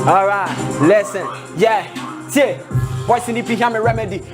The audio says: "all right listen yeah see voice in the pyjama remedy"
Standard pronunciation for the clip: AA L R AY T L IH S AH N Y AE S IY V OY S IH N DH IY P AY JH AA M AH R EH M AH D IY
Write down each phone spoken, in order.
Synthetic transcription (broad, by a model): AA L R AY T L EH S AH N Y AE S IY B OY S IH N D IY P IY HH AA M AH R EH M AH D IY